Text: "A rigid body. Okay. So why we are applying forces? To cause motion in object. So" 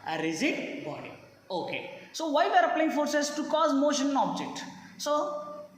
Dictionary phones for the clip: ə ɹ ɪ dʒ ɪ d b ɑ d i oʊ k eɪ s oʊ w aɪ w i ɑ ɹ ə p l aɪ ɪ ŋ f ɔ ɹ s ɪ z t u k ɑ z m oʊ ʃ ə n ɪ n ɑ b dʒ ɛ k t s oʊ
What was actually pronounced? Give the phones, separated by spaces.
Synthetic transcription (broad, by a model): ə ɹ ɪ z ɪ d b ɑ d i oʊ k eɪ s oʊ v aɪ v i ɑ ɹ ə p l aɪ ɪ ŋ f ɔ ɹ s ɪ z t u k ɑ z m oʊ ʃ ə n n ɑ b dʒ ɛ k t s oʊ